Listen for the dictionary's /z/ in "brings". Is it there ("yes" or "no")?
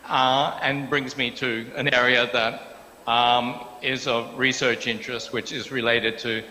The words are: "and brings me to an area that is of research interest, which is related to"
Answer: yes